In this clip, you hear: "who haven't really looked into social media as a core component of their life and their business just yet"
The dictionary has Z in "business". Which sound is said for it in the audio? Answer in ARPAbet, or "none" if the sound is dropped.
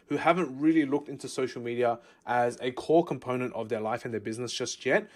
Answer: Z